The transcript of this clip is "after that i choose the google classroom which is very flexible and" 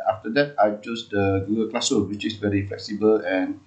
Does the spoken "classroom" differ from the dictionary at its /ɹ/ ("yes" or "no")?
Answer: yes